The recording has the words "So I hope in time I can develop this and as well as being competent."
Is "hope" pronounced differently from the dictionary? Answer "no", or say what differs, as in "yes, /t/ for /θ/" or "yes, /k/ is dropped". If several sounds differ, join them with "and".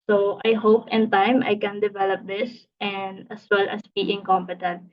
no